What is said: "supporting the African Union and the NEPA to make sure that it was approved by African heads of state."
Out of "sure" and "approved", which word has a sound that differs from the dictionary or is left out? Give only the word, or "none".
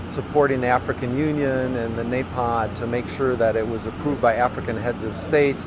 none